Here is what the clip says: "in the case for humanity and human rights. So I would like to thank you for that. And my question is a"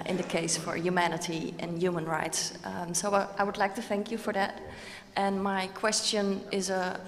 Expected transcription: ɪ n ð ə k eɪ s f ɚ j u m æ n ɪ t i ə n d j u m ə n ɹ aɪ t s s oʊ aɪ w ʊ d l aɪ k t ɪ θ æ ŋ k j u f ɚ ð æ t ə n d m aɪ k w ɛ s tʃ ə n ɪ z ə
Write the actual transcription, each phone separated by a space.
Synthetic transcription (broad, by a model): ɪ n ð ə k eɪ s f ɚ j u m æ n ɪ t i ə n j u m ə n ɹ aɪ t s s oʊ aɪ w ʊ d l aɪ k t ɪ θ æ ŋ k j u f ɚ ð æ t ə n m aɪ k w ɛ s tʃ ə n ɪ z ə